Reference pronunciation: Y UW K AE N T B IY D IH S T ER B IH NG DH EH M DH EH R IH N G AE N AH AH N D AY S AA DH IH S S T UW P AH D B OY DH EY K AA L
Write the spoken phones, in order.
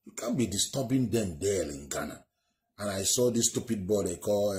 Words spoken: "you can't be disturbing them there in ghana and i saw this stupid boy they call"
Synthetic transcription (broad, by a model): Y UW K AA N B IY D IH S T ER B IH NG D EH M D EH L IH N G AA N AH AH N AY S AA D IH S S T UW P AH D B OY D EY K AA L